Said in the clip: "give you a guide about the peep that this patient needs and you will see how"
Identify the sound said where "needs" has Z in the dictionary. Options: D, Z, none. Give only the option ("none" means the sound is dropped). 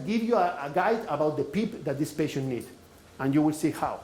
none